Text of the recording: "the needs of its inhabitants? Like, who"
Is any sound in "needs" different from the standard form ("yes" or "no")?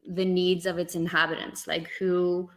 no